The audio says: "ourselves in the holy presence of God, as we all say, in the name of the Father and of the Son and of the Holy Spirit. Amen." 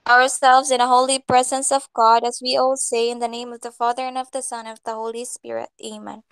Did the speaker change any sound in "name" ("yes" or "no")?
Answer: no